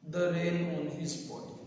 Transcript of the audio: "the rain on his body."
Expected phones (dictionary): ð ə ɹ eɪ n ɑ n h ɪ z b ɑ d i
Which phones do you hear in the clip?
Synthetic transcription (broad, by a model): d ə ɹ eɪ l ɑ n h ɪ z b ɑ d